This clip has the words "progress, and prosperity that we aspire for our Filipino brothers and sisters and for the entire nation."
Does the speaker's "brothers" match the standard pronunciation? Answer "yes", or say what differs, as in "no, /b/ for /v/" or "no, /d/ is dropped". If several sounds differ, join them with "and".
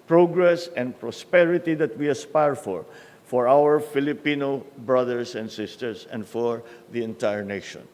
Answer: no, /s/ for /z/